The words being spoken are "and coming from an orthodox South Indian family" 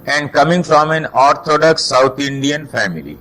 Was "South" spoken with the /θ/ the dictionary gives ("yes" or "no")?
no